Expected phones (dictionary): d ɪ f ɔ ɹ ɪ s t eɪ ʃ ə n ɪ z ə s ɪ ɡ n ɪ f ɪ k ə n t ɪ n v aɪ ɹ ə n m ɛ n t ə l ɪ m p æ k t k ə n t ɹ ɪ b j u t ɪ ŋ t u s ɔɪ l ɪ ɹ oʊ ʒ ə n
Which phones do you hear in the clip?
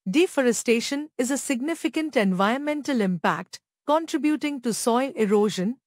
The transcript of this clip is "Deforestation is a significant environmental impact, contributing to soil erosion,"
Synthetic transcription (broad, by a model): d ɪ f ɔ ɹ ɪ s t eɪ ʃ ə n ɪ z ə s ɪ ɡ n ɪ f ɪ k ə n t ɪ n v aɪ ə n m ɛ n t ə l ɪ m p æ k t k ə n t ɹ ɪ b j u t ɪ ŋ t u s ɔɪ l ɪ ɹ oʊ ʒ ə n